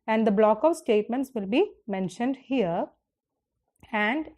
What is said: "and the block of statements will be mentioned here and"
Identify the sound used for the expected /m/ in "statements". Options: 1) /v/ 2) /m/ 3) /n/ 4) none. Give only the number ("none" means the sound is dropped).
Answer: 2